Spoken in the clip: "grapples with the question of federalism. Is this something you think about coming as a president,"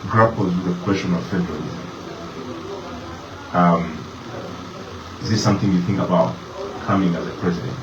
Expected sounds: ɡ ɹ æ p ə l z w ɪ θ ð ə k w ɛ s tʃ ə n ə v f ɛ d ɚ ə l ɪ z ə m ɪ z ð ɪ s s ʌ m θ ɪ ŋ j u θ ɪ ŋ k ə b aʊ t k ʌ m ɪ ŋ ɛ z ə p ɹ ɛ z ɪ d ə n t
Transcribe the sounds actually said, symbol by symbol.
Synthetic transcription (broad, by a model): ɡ ɹ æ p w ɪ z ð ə k w ɛ s tʃ ə n ə v f ɛ d ɚ ə l ɪ z ə m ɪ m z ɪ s s ʌ m θ ɪ ŋ j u θ ɪ ŋ k ə b aʊ t k ʌ m ɪ ŋ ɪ z ə p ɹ ɛ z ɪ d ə n t